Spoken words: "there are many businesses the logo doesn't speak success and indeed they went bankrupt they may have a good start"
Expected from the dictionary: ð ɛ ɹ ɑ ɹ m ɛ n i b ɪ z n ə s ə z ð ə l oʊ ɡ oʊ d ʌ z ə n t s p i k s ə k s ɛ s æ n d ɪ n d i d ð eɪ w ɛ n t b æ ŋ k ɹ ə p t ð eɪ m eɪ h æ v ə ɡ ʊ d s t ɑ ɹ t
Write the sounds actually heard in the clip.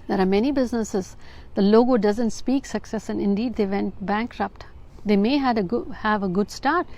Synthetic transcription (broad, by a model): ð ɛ ɹ ɑ ɹ m ɛ n i b ɪ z n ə s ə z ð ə l oʊ ɡ oʊ d ʌ z ə n t s p i k s ə k s ɛ s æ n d ɪ n d i d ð eɪ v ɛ n t b æ ŋ k ɹ ə p t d eɪ m eɪ h æ v ə ɡ ʊ d s t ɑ ɹ t